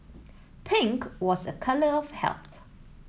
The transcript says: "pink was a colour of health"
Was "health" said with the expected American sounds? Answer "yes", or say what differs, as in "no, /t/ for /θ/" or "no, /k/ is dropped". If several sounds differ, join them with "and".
yes